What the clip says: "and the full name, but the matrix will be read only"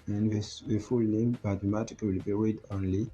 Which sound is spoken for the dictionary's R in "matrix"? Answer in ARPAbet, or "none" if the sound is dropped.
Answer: none